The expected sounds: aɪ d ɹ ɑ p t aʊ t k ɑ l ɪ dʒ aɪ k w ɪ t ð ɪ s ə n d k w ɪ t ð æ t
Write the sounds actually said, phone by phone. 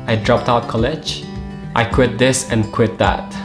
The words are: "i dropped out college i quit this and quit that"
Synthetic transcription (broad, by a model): aɪ d ɹ ɑ p t aʊ t k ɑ l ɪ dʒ aɪ k w ɪ t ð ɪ s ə n k w ɪ t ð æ t